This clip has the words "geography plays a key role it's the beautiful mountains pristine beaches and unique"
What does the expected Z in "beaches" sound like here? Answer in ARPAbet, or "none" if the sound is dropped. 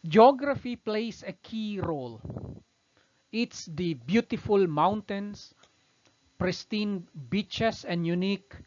S